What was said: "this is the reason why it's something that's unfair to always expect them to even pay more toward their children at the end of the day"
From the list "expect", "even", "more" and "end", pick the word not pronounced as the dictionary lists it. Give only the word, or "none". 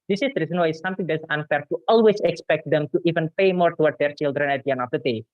end